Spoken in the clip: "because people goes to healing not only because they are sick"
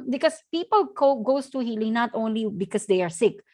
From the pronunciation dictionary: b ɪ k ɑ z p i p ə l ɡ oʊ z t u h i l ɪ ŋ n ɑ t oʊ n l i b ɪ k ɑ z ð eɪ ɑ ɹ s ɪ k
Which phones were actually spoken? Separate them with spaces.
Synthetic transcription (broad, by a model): b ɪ k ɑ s p i p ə l ɡ oʊ s t u h i l ɪ ŋ n ɑ t oʊ n l i b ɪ k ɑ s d eɪ ɑ ɹ s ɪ k